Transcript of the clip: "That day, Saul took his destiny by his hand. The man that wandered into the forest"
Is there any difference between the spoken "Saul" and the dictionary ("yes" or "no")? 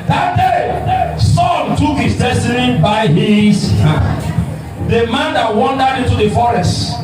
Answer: yes